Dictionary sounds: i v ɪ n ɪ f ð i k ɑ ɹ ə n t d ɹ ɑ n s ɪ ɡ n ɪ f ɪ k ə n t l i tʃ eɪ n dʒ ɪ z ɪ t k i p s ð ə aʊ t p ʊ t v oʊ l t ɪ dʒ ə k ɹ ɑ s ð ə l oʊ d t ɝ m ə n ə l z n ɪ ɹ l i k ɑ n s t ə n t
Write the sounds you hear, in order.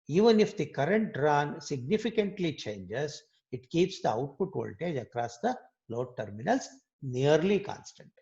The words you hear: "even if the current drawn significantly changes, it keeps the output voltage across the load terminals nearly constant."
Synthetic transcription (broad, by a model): i v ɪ n ɪ f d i k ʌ ɹ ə n t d ɹ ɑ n s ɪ ɡ n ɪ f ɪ k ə n t l i tʃ eɪ n dʒ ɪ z ɪ t k i p s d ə aʊ t p ʊ t v oʊ l t ɪ dʒ ə k ɹ ɑ s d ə l oʊ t t m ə n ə l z n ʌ ɹ l i k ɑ n s t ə n t